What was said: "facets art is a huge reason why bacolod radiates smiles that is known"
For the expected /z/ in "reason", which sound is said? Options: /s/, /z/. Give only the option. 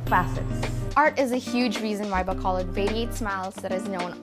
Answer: /z/